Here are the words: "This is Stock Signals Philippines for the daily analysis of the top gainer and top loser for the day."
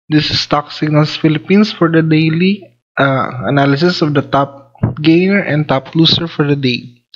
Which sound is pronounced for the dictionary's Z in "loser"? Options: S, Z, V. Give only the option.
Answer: S